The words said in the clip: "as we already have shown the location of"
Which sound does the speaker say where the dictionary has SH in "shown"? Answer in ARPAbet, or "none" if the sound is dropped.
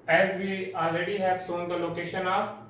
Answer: S